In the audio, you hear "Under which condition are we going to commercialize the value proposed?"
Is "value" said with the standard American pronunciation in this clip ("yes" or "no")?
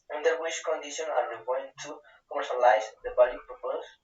no